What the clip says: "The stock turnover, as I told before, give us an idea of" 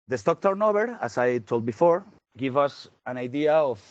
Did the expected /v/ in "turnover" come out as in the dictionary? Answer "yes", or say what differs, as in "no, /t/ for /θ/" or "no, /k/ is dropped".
no, /b/ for /v/